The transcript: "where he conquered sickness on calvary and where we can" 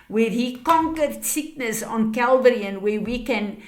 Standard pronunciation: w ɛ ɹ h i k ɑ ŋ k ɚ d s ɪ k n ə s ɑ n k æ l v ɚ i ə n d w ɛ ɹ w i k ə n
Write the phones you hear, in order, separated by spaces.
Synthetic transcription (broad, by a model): w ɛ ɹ h i k ɑ ŋ k ɚ d s ɪ k n ə s ɑ n k æ l v ɚ i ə n w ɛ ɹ w i k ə n